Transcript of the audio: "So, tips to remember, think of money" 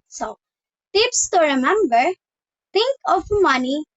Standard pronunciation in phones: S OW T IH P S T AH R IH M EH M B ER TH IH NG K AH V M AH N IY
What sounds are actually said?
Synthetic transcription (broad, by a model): S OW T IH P S T AH R IH M EH M B ER T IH NG K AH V M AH N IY